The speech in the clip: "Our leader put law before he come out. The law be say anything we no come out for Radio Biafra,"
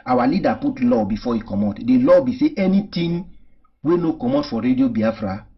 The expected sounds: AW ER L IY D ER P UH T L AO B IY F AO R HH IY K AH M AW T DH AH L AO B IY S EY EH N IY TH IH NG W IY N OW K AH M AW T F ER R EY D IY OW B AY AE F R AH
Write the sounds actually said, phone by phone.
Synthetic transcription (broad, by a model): AW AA L IY D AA P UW T L AO B IY F AO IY K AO M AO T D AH L AO B IY S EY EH N IY T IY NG W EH N OW K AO M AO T F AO R EY D IY OW B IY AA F R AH